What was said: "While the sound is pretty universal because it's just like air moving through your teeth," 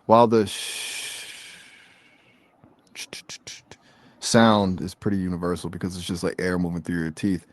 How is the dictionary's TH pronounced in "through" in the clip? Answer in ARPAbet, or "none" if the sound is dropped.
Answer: TH